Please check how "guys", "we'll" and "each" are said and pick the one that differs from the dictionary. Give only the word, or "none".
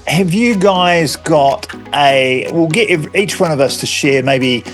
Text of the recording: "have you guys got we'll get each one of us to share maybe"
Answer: none